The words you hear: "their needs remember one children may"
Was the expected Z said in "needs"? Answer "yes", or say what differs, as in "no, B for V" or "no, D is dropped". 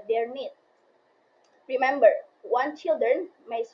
no, Z is dropped